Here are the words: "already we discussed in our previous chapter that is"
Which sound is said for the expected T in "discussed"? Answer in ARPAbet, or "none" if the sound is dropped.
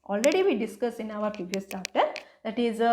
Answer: none